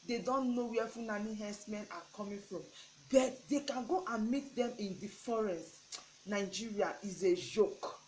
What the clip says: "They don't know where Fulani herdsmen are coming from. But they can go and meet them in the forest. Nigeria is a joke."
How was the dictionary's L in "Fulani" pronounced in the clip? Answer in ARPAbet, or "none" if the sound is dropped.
N